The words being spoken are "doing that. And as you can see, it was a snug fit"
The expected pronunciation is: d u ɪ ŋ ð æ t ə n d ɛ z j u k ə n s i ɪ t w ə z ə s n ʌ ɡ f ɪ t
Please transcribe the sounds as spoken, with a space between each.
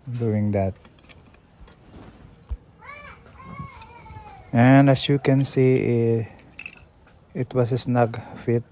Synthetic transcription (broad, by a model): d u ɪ ŋ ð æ t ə n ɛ s j u k ə n s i ɪ t w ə s ə s n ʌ ɡ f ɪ t